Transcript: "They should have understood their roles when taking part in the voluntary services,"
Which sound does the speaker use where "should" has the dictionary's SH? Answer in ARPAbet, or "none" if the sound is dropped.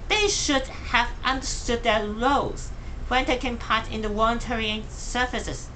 SH